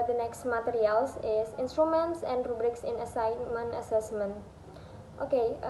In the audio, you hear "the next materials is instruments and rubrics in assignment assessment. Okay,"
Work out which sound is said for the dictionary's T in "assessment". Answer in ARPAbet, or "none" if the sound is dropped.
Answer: T